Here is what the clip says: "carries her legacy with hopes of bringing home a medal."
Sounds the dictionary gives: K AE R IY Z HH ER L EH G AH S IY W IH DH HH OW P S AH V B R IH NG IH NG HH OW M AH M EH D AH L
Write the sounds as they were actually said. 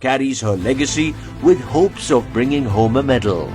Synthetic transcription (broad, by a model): K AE R IY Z HH ER L EH G AH S IY W IH DH HH OW P S AH V B R IH NG IH NG HH OW M AH M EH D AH L